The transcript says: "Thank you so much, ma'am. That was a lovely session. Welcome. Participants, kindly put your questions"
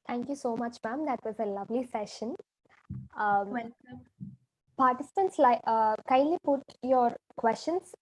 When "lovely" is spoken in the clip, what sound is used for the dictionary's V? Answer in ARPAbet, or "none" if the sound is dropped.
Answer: V